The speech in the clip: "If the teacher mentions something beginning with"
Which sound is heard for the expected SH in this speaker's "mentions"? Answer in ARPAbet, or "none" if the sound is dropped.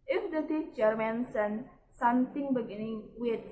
S